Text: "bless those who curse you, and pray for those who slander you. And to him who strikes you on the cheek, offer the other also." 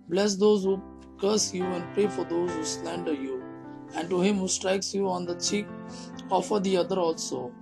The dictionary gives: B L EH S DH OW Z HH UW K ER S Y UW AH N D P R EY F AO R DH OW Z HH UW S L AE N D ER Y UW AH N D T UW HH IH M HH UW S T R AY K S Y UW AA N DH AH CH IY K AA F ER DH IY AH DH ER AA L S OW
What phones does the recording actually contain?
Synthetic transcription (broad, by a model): B L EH S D OW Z HH UW K ER S Y UW AH N D P R EY F AO R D OW Z HH UW S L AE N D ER Y UW AH N D T UW HH IH M HH UW S T R AY K S Y UW AA N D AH CH IY K AA F ER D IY AH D ER AA L S OW